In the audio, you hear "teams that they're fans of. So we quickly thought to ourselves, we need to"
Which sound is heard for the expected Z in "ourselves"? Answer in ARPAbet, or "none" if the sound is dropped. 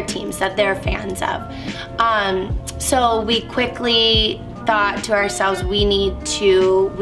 Z